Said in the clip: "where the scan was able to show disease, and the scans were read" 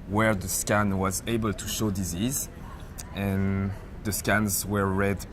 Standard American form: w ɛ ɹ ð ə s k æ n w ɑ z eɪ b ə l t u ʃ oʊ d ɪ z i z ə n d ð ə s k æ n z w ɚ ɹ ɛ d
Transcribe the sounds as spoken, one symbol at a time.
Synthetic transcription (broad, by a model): w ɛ ɹ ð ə s k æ n w ɑ z eɪ b ə l t u ʃ oʊ d ɪ z i z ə n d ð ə s k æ n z w ɚ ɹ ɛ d